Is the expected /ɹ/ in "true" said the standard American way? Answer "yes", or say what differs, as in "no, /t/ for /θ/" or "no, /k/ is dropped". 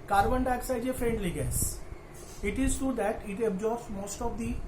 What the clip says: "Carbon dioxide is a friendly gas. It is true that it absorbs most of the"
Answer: no, /ɹ/ is dropped